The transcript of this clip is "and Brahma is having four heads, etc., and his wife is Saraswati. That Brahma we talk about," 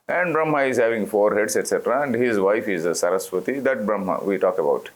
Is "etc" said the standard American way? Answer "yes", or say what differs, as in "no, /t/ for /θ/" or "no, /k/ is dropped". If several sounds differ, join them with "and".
yes